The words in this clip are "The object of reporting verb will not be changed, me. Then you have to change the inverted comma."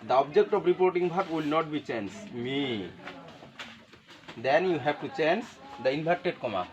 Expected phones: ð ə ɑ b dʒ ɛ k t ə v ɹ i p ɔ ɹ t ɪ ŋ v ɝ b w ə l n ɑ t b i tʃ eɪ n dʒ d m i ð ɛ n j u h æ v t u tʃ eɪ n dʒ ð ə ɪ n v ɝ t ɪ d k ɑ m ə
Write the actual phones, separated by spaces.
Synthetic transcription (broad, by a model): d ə ɑ b dʒ ɛ k t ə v ɹ i p ɔ ɹ t ɪ ŋ b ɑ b w ə l n ɑ t b i tʃ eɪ n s m i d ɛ n j u h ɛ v t u tʃ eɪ n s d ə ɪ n b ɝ t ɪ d k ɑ m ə